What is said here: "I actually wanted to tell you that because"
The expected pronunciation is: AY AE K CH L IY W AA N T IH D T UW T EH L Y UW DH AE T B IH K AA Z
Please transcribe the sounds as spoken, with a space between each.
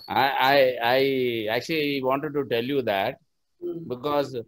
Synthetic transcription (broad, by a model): AY AE K CH L IY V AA N T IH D T UW T EH L Y UW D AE T B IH K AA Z